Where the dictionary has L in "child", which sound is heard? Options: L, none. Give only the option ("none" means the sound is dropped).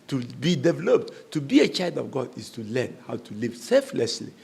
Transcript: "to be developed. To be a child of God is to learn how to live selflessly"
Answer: L